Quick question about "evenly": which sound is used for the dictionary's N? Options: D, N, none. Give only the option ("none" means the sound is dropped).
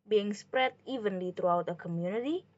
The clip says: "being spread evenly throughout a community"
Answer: N